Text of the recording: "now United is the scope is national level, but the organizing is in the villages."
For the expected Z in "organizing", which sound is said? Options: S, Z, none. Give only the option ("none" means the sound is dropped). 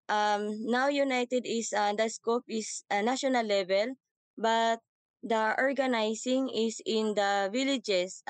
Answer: S